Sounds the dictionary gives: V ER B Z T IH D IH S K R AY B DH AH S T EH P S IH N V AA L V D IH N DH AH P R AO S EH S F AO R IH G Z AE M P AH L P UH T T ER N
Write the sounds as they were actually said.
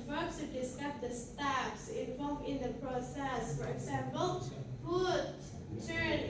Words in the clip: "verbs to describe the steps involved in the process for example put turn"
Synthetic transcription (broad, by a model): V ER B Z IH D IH S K AY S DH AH S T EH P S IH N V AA L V IH N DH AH P R AO S EH S F AO R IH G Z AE M P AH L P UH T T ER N